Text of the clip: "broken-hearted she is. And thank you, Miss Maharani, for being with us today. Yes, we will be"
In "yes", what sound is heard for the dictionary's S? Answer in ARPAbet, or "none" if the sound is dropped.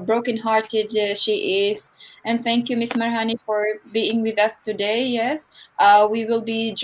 S